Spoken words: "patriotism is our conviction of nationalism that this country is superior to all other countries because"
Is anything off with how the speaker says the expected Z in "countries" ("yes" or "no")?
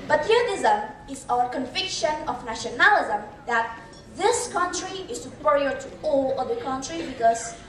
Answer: yes